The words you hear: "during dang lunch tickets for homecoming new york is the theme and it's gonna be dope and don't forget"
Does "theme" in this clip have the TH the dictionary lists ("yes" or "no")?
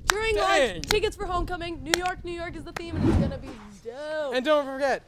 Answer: yes